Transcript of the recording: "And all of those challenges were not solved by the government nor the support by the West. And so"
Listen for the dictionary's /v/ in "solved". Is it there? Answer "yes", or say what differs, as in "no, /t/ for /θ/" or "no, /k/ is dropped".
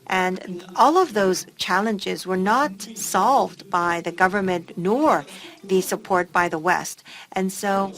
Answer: yes